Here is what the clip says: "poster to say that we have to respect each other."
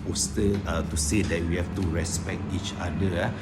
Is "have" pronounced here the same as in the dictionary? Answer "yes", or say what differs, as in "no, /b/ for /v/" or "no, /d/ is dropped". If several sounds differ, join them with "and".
no, /f/ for /v/